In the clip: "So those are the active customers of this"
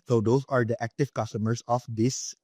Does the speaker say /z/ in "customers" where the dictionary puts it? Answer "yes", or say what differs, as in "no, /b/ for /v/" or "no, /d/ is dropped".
no, /s/ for /z/